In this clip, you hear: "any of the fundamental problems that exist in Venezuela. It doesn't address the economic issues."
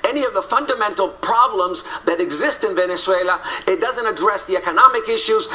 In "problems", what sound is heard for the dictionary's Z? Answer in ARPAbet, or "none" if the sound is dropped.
Z